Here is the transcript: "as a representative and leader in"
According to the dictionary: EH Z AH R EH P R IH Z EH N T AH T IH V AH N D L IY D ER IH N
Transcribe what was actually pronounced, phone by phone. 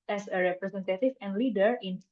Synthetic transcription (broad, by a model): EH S AH R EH P R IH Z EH N T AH T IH F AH N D L IY D ER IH N